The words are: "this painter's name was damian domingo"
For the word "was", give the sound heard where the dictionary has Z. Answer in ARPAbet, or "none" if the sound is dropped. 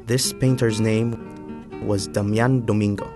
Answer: Z